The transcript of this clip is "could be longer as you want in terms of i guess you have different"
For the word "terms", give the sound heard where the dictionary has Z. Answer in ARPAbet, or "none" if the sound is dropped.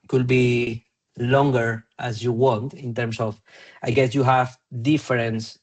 S